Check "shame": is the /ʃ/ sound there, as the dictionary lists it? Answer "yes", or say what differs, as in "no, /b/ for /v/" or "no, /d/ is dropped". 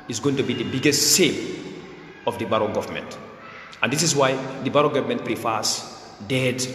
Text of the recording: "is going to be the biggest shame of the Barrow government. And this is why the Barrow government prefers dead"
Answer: no, /s/ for /ʃ/